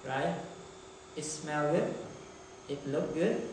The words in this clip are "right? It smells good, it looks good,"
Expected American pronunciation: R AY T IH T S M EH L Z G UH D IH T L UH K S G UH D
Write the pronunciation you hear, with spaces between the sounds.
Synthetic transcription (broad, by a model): R AY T IH T S M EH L G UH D IH T L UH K G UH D